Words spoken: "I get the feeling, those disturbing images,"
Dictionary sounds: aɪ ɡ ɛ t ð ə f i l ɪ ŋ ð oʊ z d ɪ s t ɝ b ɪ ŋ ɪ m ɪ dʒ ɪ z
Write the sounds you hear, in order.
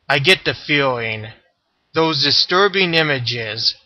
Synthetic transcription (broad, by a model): aɪ ɡ ɛ t ð ə f i l ɪ ŋ ð oʊ z d ɪ s t ɝ b ɪ ŋ ɪ m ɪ dʒ ɪ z